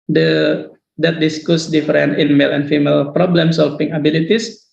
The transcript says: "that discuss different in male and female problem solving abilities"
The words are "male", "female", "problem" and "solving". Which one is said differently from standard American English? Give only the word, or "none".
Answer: solving